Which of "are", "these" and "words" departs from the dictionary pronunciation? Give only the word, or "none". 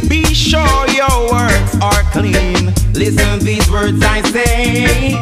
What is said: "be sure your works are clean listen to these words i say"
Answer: none